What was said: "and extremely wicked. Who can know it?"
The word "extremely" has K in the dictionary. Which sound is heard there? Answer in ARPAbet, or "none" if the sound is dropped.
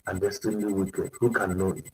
none